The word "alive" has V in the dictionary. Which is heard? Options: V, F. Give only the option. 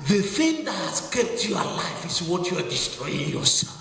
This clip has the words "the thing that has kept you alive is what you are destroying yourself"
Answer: F